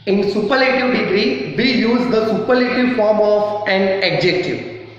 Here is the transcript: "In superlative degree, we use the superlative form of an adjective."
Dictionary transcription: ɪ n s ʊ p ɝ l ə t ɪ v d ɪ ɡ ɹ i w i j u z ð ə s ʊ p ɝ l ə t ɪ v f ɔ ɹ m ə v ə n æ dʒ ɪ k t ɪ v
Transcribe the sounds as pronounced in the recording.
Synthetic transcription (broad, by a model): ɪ n s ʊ p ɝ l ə t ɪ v d ɪ ɡ ɹ i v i j u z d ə s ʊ p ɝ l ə t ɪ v f ɔ ɹ m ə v ə n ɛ dʒ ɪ k t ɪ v